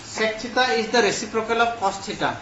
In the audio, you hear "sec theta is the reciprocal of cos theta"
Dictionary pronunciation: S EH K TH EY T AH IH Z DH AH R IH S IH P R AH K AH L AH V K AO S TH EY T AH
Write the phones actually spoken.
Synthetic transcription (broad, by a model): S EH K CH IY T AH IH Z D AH R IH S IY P R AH K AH L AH P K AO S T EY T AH